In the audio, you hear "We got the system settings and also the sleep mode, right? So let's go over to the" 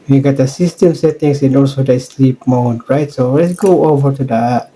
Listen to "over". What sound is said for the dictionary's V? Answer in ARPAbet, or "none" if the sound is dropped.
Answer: V